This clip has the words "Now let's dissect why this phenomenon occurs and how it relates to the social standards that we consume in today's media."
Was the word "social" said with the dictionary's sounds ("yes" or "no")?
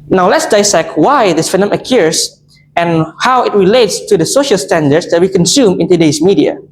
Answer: yes